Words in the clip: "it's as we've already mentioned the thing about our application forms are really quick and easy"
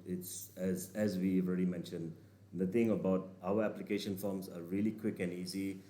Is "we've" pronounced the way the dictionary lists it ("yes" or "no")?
no